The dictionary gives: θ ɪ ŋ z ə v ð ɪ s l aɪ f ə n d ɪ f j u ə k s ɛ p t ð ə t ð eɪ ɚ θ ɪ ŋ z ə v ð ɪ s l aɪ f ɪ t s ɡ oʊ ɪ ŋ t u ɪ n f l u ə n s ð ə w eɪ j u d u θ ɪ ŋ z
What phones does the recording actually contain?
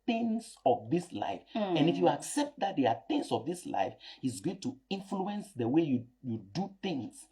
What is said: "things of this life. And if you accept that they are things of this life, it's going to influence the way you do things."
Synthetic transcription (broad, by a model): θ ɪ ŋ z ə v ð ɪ s l aɪ f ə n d ɪ f j u ə k s ɛ p t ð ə t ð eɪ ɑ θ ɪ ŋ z ə v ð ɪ s l aɪ f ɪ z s ɡ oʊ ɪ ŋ t u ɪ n f l u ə n s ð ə w eɪ j u d u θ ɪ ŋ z